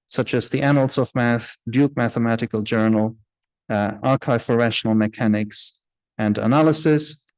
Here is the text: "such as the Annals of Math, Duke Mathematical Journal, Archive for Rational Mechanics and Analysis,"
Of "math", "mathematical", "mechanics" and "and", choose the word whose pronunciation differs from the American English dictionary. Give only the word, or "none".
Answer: none